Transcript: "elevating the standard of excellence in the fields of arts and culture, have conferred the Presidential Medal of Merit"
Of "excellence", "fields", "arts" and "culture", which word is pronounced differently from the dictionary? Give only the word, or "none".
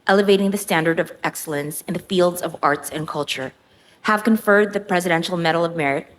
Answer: none